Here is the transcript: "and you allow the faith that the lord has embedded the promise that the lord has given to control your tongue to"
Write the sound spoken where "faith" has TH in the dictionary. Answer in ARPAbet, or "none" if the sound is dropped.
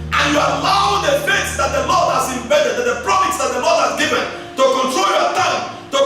S